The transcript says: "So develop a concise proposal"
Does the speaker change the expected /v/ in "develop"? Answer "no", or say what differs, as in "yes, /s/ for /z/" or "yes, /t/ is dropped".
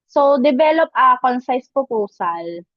yes, /b/ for /v/